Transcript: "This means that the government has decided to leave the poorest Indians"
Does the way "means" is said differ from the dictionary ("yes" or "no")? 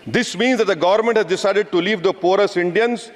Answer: no